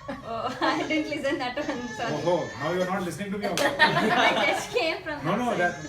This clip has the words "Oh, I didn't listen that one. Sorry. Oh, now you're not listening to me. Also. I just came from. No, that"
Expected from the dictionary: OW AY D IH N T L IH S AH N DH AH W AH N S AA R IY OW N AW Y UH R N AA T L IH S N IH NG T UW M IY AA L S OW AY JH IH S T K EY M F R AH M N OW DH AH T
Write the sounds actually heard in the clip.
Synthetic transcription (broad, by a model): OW AY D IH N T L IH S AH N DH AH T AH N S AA IY OW N AW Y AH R N AA T L IH S N IH NG T UW M IY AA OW AY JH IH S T K EY M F R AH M N OW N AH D